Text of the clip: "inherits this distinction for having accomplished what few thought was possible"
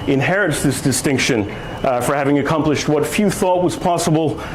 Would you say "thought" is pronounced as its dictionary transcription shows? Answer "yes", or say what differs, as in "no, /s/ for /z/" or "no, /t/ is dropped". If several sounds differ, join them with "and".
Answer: yes